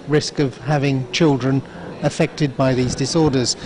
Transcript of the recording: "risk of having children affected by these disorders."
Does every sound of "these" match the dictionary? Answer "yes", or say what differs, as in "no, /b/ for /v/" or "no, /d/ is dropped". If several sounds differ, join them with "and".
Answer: yes